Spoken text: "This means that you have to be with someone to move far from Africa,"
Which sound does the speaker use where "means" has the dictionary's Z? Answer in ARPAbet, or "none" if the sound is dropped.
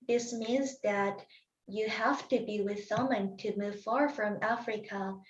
Z